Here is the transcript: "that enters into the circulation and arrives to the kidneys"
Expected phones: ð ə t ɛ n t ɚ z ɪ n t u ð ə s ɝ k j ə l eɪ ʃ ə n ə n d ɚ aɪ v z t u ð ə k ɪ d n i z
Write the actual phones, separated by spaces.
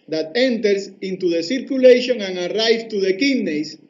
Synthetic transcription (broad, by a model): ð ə t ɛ n t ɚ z ɪ n t u ð ə s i k j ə l eɪ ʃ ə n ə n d aɪ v t u ð ə k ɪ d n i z